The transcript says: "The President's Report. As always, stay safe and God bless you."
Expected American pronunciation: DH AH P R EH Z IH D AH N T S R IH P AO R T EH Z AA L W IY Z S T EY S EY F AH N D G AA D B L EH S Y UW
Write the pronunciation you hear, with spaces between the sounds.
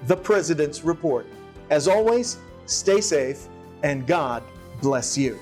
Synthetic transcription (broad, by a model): DH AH P R EH Z IH D AH N T S R IH P AO R T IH Z AA L W IY Z S T EY S EY F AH N G AA D B L EH S Y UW